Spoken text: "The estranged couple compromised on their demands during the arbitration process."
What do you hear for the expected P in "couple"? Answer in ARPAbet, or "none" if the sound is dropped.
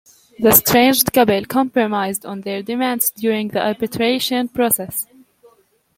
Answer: B